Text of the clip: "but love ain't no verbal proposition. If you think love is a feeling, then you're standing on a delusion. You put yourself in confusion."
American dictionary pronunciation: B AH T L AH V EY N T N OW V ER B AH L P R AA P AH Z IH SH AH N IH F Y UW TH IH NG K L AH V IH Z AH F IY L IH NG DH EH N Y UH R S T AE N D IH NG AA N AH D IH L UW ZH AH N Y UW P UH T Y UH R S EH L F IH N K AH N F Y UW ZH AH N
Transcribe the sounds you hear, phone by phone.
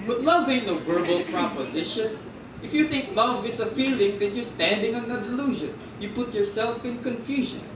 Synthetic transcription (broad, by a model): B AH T L AH V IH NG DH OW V ER B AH L P R AA P AH Z IH SH AH N IH F Y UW TH IH NG K L AH V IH S AH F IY L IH NG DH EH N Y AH R S T AE N D IH NG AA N AH D IH L UW ZH AH N Y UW P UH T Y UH R S EH L F IH N K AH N F Y UW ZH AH N